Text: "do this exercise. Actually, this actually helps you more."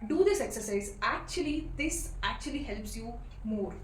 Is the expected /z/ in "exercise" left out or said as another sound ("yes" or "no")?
no